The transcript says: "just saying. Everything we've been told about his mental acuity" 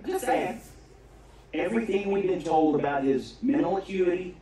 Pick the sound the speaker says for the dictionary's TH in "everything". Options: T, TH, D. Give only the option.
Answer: TH